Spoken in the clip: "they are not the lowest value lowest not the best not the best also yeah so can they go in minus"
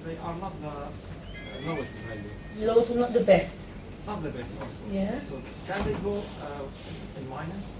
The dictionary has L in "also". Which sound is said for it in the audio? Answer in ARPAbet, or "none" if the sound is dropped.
none